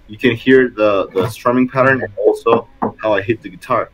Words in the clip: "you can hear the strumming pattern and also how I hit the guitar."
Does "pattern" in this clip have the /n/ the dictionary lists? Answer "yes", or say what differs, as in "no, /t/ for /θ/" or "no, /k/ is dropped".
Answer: yes